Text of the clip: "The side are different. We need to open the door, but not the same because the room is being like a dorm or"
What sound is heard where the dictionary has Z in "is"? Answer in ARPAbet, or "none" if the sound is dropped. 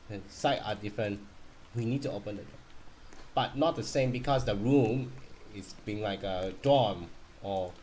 S